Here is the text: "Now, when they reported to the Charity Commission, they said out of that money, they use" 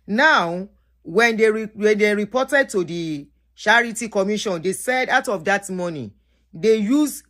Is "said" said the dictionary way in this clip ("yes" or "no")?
yes